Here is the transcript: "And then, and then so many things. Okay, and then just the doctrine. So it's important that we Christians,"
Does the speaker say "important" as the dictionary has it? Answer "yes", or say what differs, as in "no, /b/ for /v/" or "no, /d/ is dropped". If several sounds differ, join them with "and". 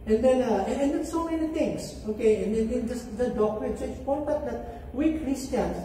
no, /n/ is dropped